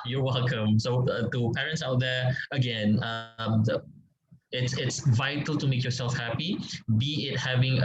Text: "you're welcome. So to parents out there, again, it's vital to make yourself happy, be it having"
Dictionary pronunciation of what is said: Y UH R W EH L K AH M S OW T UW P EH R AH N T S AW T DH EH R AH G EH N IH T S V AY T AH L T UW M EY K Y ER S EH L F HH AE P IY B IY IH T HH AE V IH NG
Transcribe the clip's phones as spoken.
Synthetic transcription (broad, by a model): Y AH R W EH L K AH M S OW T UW P EH R AH N T S AW T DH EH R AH G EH N IH T S V AY T AH L T UW M EY K Y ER S EH L F HH AE P IY B IY IH T HH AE V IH NG